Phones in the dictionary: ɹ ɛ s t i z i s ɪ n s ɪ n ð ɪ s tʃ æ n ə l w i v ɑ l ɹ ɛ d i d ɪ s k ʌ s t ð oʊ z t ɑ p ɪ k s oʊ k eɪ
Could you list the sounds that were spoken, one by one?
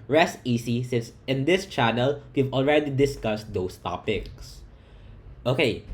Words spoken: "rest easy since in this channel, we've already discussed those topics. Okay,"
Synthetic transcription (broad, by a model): ɹ ɛ s t i s i s ɪ n s ɪ n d ɪ s tʃ æ n ə l w i v ɑ l ɹ ɛ d i d ɪ s k ʌ s t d oʊ s t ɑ p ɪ k s oʊ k eɪ